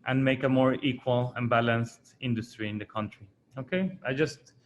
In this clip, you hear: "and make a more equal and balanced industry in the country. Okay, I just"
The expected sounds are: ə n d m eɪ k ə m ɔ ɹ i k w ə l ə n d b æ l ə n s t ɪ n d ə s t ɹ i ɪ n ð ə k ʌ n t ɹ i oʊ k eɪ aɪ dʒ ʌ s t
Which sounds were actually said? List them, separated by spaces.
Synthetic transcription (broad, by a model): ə n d m eɪ k ə m ɔ ɹ i k w ə l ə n b æ l ə n s t ɪ n d ə s t ɹ i ɪ n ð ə k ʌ n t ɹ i oʊ k eɪ aɪ dʒ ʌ s t